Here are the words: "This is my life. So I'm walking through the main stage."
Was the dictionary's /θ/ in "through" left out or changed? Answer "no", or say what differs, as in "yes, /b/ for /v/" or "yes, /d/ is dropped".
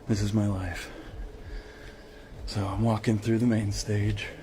no